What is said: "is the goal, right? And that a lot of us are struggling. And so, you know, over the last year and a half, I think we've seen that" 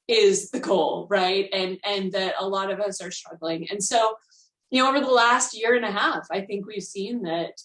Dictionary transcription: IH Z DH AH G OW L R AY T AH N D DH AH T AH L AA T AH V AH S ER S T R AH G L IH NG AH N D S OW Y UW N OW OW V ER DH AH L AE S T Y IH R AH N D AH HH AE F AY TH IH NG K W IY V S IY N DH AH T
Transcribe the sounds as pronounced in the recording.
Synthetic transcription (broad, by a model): IH Z DH AH G OW L R AY T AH N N DH AH T AH L AA T AH V AH S ER S T R AH G L IH NG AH N S OW Y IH N OW OW V ER DH AH L AE S T Y IH R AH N AH HH AE F AY TH IH NG K W IY V S IY N DH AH T